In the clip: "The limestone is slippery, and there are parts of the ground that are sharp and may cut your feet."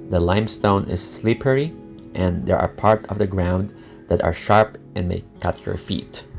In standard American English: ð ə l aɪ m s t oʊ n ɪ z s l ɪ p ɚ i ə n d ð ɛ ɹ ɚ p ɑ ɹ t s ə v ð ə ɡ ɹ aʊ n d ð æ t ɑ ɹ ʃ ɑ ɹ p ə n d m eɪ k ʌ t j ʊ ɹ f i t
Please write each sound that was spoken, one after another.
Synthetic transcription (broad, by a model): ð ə l aɪ m s t oʊ n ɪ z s l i p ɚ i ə n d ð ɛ ɹ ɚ p ɑ ɹ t ə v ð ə ɡ ɹ aʊ n d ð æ t ɑ ɹ ʃ ɑ ɹ p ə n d m eɪ k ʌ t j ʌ ɹ f i t